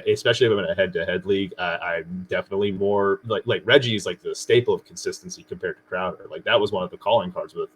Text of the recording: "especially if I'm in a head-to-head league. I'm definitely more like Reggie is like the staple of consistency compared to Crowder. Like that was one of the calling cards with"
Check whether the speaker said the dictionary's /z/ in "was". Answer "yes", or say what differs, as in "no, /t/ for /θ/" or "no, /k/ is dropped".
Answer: yes